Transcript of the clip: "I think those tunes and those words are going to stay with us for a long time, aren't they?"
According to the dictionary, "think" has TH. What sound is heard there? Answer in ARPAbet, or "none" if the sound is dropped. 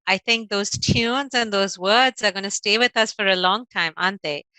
T